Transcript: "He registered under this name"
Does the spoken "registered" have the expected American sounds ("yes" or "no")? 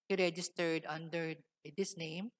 yes